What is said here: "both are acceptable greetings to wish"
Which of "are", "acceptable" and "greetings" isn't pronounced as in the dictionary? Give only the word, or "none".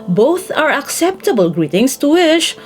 greetings